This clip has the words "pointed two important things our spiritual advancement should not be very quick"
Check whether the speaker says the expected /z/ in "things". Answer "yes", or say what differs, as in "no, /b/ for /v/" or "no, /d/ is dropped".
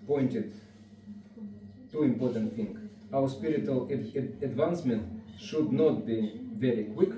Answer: no, /z/ is dropped